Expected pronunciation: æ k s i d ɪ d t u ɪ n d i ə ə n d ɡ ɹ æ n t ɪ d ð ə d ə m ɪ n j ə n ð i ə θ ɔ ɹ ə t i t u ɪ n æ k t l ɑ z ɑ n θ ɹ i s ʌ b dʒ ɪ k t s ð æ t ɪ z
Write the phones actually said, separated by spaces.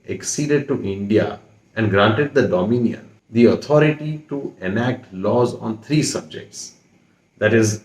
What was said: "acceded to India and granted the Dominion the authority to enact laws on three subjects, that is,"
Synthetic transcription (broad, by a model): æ k s i d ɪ d t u ɪ n d i ə ə n d ɡ ɹ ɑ n t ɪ d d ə d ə m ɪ n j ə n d i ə t ɔ ɹ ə t i t u ɪ n æ k t l ɑ z ɑ n t ɹ i s ʌ b dʒ ɪ k t s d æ t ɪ z